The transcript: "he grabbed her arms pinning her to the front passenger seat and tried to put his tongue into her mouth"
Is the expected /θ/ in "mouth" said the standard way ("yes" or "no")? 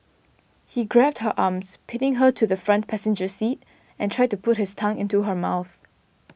yes